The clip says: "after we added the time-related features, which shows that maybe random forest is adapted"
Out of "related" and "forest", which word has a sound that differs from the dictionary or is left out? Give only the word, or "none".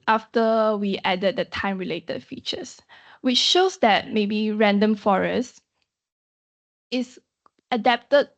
forest